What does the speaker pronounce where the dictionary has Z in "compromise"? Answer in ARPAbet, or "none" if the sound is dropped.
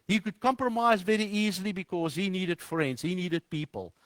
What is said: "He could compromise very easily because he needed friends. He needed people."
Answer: Z